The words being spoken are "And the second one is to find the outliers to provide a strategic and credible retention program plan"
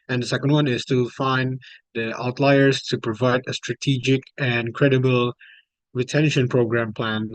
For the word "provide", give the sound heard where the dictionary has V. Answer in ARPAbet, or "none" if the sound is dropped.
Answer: V